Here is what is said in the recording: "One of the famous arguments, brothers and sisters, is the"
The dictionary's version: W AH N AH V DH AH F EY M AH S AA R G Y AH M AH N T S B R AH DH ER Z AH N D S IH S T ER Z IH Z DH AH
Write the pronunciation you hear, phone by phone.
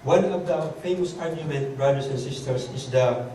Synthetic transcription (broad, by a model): W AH N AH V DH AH F EY M AH S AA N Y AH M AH N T B R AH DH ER S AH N S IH S T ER S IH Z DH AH